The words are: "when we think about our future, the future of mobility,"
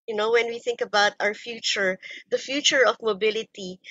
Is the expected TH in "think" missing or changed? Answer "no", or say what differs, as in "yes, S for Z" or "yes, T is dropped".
no